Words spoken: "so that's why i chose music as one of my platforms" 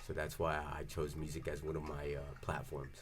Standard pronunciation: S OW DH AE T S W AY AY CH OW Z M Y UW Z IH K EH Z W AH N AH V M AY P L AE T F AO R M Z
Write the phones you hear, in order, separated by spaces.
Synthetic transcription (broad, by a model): S OW DH AE T S W AY AY CH OW Z M Y UW Z IH K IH Z W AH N AH V M AY P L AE T F AO R M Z